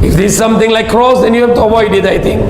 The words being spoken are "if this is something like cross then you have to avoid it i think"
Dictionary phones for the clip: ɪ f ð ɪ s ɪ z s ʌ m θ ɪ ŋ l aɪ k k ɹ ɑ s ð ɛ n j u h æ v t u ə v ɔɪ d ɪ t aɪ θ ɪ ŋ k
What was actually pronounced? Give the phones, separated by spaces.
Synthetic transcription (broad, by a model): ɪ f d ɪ ɪ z s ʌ m t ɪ ŋ l aɪ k k ɹ ɑ s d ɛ n j u h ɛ f t u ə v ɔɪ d ɪ t aɪ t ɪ ŋ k